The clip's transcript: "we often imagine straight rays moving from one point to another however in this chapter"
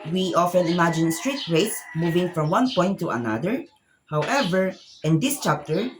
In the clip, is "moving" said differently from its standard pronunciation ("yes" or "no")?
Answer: no